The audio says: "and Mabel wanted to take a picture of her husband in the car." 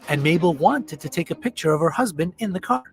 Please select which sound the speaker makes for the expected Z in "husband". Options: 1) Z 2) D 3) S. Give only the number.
1